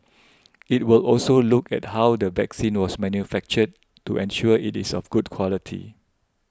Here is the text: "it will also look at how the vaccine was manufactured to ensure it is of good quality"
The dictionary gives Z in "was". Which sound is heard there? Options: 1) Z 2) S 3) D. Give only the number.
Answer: 2